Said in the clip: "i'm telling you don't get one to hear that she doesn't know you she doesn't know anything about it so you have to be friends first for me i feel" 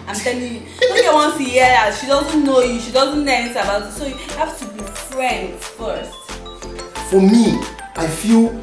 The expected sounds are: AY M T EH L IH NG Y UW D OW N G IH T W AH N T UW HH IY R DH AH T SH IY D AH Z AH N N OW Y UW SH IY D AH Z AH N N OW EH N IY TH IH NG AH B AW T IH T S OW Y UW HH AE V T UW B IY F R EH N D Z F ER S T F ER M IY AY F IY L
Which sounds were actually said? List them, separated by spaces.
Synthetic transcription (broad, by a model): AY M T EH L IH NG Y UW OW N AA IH W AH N T UW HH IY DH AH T SH IY D AH Z AH N N OW Y UW SH IY D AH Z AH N N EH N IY S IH AH B AW T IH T S OW Y UW HH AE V T UW B IY F R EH N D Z F ER S T F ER M IY AY F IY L